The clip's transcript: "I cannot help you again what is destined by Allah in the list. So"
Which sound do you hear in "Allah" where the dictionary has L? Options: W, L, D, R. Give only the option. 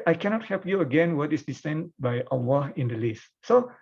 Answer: W